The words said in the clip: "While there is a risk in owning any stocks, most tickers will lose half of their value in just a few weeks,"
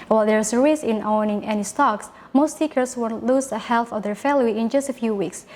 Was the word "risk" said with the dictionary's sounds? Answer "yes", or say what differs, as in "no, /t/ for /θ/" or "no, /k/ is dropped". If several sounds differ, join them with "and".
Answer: no, /k/ is dropped